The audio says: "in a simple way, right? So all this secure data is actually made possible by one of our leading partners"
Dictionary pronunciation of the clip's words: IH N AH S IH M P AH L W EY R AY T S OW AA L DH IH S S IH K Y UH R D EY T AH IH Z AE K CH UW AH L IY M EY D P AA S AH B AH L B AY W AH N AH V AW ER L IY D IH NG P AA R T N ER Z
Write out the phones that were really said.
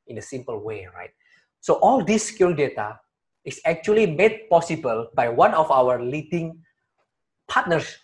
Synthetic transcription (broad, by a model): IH N AH S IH M P AH L W EY R AY T S OW AA L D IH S S K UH L D EY T AH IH S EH K CH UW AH L IY M EY D P AA S AH B AH L B AY W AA N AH F AW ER L IY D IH NG P AA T N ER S